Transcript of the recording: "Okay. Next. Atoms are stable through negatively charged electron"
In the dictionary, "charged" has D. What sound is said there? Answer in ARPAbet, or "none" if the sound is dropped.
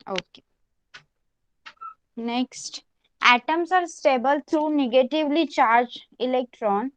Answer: none